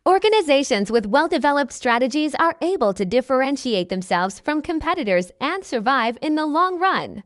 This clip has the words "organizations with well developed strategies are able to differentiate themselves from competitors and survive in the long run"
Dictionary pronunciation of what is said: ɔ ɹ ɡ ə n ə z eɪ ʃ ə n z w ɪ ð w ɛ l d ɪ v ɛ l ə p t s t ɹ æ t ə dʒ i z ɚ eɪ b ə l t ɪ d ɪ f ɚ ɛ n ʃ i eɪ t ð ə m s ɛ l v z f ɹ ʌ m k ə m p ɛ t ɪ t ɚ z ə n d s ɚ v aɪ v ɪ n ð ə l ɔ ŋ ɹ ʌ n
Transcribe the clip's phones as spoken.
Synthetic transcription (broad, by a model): ɔ ɹ ɡ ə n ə z eɪ ʃ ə n z w ɪ ð w ɛ l d ɪ v ɛ l ə p t s t ɹ æ t ə dʒ i z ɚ eɪ b ə l t ɪ d ɪ f ɚ ɛ n ʃ i eɪ t ð ə m s ɛ l v z f ɹ ʌ m k ə m p ɛ t ɪ t ɚ z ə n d s ɚ v aɪ v ɪ n ð ə l ɔ ŋ ɹ ʌ n